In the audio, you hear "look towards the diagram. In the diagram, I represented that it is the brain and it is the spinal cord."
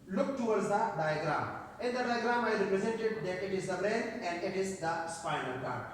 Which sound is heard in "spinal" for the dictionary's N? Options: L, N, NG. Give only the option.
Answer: L